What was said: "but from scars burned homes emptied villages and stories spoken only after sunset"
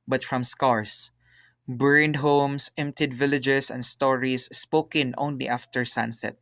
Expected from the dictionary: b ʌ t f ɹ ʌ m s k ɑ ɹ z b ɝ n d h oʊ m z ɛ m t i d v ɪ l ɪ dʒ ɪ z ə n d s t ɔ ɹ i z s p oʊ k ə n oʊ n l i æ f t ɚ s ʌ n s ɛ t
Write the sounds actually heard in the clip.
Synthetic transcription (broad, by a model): b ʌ t f ɹ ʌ m s k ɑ ɹ s b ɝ n d h oʊ m s ɛ m t i d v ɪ l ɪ dʒ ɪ s ə n d s t ɔ ɹ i s p oʊ k ə n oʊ n l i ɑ f t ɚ s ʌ n s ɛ t